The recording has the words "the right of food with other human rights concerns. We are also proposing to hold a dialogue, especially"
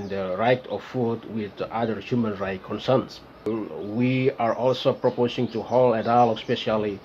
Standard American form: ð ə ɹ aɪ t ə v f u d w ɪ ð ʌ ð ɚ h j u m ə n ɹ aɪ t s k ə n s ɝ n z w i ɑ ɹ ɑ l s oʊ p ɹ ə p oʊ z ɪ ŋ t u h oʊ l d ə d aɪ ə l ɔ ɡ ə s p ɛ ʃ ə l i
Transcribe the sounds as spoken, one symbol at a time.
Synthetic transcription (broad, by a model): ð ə ɹ aɪ t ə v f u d w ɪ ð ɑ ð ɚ h j u m ə n ɹ aɪ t k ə n s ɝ n s w i ɑ ɹ ɑ l s oʊ p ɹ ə p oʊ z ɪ ŋ t u h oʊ l ə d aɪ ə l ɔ s p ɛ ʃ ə l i